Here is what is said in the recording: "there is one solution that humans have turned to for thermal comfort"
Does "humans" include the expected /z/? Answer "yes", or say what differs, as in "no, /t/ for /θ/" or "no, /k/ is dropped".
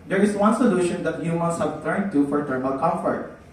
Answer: no, /s/ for /z/